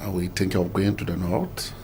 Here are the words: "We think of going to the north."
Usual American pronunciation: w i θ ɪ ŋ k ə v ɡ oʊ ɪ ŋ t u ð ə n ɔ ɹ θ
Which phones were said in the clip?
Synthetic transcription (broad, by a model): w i t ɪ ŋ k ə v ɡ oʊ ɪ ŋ t u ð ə n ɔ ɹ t